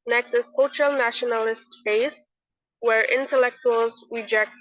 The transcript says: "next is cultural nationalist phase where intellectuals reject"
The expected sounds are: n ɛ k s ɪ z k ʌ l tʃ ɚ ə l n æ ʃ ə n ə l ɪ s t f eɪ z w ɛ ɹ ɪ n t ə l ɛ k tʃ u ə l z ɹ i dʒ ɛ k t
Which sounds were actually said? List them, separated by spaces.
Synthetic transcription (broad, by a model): n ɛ k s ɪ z k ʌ l tʃ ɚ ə l n æ ʃ ə n ə l ɪ s t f eɪ s w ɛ ɹ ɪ n t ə l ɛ k tʃ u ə l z ɹ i dʒ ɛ k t